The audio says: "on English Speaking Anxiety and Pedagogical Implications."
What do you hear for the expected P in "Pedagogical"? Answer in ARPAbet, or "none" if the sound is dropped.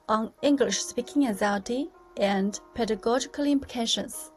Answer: P